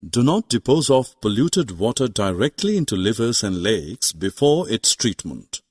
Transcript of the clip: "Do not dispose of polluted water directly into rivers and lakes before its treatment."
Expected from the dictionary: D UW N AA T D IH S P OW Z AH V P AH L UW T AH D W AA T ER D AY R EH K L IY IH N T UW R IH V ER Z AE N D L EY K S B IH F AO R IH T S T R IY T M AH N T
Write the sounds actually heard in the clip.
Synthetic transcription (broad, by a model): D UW N AA T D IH P OW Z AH F P AH L UW T AH D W AA T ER D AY R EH K L IY IH N T UW L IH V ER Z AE N D L EY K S B IH F AO R IH T S T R IY T M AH N T